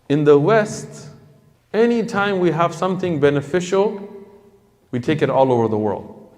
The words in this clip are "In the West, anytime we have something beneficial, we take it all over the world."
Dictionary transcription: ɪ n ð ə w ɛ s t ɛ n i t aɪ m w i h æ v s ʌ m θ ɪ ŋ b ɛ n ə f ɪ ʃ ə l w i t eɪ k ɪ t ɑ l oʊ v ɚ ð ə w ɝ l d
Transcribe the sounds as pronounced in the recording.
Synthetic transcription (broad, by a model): ɪ n ð ə w ɛ s t ɛ n i t aɪ m w i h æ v s ʌ m θ ɪ ŋ b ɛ n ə f ɪ ʃ l w i t eɪ k ɪ t ɑ l oʊ v ɚ ð ə w ɝ l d